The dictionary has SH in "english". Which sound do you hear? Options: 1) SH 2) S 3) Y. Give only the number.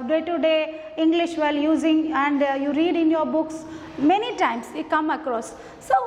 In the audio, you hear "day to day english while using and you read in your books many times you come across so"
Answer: 1